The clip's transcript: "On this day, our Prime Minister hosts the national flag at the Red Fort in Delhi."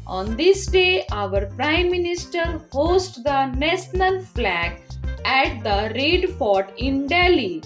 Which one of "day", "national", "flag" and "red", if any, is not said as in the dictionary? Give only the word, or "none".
national